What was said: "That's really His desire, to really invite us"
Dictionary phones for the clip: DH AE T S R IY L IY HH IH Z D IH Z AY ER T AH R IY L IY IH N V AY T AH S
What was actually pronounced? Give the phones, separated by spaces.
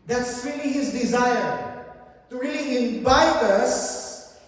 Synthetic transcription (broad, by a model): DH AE T S R IY L IY HH IH Z D IH Z AY ER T R IY L IY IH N B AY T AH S